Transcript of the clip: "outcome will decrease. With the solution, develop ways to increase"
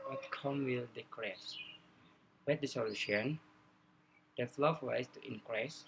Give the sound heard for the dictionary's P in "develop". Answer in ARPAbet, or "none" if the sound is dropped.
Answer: F